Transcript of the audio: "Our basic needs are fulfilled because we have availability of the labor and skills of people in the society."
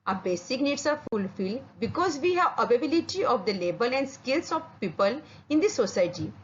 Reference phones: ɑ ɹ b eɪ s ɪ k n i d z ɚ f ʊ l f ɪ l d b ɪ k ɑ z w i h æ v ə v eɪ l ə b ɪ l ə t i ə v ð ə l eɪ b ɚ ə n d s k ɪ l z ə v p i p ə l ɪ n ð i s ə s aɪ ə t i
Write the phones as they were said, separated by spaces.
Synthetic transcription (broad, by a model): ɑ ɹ b eɪ s ɪ k n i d s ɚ f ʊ l f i l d b ɪ k ɑ z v i h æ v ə b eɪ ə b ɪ l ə t i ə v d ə l eɪ b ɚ ə n d s k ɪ l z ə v p i p ə l ɪ n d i s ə s aɪ t i